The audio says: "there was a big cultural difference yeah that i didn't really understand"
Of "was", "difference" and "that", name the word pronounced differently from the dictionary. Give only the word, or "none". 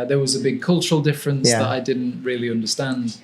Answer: none